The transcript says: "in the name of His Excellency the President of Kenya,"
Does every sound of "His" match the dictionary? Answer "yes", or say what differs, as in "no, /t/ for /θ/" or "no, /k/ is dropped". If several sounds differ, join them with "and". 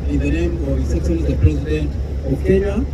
no, /s/ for /z/